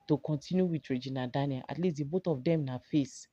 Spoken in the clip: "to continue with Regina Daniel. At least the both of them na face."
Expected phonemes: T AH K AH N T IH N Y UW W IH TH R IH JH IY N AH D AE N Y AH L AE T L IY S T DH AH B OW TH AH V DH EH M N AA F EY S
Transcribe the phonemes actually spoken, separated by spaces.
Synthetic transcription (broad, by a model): T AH K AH N T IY N Y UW W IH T R IH JH IY N AH D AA N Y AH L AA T L IY S T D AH B OW T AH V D EH M N AA F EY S